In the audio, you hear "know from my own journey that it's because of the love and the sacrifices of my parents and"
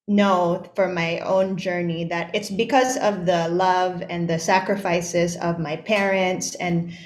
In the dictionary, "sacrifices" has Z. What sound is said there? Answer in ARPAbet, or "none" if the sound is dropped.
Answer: Z